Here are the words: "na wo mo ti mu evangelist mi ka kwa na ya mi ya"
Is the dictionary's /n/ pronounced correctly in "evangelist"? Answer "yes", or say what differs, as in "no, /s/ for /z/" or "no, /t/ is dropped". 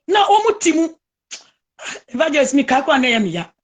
no, /n/ is dropped